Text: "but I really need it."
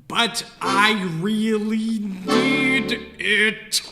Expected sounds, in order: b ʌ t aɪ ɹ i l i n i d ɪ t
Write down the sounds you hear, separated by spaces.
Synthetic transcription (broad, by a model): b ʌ t aɪ ɹ i l i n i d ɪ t